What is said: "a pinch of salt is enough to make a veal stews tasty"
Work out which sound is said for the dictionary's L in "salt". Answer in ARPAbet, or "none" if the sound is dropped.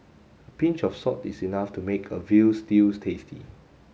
none